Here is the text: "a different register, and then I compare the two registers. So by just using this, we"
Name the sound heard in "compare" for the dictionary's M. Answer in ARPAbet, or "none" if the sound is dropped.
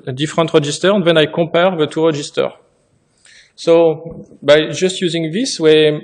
none